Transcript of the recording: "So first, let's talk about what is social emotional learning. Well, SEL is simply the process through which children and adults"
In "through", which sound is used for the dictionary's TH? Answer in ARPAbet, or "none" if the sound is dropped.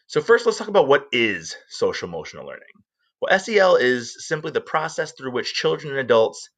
TH